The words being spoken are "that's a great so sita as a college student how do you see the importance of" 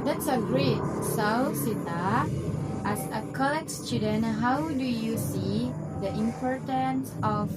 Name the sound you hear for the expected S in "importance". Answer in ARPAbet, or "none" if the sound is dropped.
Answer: S